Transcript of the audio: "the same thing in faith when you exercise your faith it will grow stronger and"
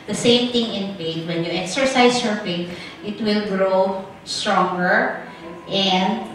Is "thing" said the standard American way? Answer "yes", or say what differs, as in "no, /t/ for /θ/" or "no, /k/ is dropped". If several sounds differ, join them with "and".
no, /t/ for /θ/